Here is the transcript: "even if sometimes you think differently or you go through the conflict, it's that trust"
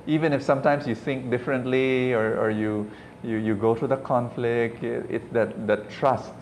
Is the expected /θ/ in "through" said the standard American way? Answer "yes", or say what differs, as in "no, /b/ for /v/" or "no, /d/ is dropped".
no, /t/ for /θ/